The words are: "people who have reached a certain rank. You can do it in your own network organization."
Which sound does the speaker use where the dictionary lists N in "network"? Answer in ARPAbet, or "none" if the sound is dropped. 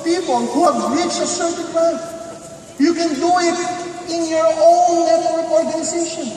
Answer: L